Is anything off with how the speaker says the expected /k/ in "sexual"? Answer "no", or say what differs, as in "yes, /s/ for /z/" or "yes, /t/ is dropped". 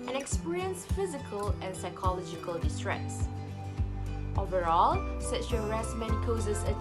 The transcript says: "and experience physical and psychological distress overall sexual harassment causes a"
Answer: yes, /k/ is dropped